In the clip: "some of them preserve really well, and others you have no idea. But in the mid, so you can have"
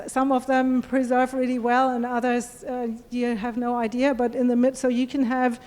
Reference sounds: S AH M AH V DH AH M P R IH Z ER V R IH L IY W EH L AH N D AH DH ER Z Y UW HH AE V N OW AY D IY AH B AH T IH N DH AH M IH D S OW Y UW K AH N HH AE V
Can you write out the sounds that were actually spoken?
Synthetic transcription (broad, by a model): S AH M AH V DH AH M P R IH Z ER V R IH L IY W EH L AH N AH DH ER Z Y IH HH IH V N OW AY D IY AH B AH T IH N DH AH M IH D S OW Y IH K AH N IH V